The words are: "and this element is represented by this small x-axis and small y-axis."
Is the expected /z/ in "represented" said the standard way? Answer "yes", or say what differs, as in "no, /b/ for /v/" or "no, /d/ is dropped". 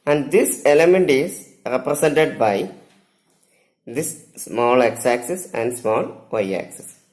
no, /s/ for /z/